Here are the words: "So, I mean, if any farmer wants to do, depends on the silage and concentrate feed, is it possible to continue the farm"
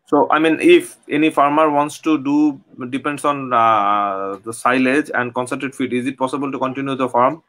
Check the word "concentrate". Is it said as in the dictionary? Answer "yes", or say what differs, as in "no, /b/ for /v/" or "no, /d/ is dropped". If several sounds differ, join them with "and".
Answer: no, /ɹ/ is dropped